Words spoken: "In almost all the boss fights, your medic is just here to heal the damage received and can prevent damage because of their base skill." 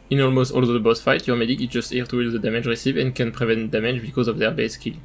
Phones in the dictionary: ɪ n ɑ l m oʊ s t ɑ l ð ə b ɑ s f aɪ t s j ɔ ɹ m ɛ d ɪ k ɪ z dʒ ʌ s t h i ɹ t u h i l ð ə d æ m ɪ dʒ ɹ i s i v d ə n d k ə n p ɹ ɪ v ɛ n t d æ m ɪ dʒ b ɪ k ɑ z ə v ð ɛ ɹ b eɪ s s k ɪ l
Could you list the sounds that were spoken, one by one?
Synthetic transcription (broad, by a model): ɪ n ɑ l m oʊ s t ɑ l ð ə b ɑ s f aɪ t j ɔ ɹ m ɛ d ɪ k ɪ z dʒ ʌ s t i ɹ t u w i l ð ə d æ m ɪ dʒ ɹ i s i v ə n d k ə n p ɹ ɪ v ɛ n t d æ m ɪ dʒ b ɪ k ɑ z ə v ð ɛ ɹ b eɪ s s k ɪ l